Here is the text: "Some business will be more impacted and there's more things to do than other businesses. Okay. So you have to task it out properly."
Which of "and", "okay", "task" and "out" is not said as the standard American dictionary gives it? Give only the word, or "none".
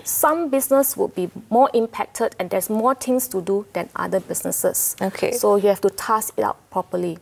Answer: task